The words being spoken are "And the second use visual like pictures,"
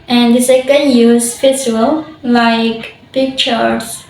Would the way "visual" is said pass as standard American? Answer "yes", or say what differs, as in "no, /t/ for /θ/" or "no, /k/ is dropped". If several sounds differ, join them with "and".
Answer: no, /p/ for /v/ and /s/ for /ʒ/